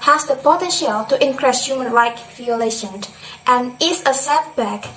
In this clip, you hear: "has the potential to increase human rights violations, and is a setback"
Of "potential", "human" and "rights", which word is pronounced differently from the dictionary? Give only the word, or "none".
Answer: rights